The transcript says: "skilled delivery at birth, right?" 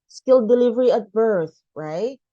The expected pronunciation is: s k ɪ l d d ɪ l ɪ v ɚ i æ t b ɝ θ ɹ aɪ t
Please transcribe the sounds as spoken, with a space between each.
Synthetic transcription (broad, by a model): s k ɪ l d d ɪ l ɪ v ɚ i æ t b ɝ θ ɹ aɪ t